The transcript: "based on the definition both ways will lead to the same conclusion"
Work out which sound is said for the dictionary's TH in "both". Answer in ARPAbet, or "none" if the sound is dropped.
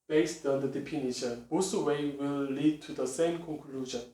S